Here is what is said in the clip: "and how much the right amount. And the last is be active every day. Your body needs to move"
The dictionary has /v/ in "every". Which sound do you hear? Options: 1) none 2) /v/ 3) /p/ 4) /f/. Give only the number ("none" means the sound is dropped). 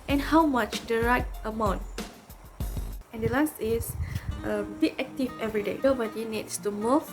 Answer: 2